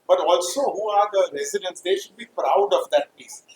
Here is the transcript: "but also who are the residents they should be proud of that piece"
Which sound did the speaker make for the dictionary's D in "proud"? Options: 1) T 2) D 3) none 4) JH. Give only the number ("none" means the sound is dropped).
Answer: 2